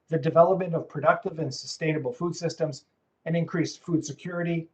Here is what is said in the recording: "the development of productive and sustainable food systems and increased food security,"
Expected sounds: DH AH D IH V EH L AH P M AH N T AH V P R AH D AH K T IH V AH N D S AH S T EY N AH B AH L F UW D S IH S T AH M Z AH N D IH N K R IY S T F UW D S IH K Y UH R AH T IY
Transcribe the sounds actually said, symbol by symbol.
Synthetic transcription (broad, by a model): DH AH D IH V EH L AH P M AH N T AH V P R AH D AH K T IH V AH N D S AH S T EY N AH B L F UW D S IH S T AH M Z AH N IH N K R IY S T F UW D S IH K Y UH R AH T IY